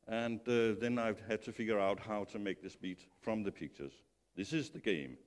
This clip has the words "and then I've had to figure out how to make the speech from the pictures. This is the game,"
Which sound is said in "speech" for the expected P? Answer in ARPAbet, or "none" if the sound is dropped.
B